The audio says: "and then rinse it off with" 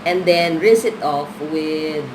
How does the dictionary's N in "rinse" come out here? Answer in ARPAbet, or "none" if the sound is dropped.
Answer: none